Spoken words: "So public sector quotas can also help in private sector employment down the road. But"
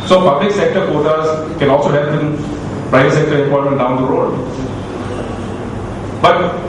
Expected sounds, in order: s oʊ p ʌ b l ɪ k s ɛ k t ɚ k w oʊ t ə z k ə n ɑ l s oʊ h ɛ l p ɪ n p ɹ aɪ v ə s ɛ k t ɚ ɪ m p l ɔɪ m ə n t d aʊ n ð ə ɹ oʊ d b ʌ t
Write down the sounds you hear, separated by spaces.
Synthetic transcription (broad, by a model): s oʊ p ʌ b l ɪ k s ɛ k t ɚ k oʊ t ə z k ə n ɑ l s oʊ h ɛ p ɪ n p ɹ aɪ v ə s ɛ k t ɚ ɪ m p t m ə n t d aʊ n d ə ɹ oʊ d b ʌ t